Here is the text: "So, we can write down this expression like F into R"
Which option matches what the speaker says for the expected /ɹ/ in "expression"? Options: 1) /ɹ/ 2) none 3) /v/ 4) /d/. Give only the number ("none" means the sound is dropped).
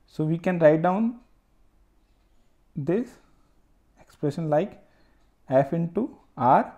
1